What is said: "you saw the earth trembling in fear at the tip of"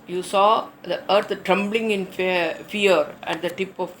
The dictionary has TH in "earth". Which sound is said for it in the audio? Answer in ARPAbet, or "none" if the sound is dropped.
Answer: T